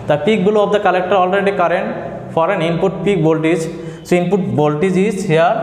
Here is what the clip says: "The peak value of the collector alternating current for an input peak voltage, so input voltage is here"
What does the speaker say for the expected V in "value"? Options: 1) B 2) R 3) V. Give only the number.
1